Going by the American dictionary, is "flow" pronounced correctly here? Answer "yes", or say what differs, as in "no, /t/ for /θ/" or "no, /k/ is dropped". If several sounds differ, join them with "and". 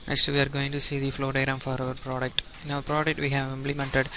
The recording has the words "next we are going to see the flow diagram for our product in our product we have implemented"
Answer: yes